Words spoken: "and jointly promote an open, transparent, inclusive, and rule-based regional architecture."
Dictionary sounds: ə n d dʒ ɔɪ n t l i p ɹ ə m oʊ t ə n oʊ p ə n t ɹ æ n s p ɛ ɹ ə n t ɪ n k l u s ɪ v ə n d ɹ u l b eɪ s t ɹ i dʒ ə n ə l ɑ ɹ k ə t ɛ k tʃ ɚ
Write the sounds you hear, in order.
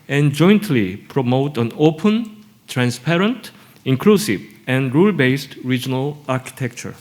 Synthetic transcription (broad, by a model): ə n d dʒ ɔɪ n t l i p ɹ ə m oʊ t ə n oʊ p ə n t ɹ æ n s p ɛ ɹ ə n t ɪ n k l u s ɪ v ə n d ɹ u l b eɪ s t ɹ i dʒ ə n ə l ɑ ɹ k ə t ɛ k tʃ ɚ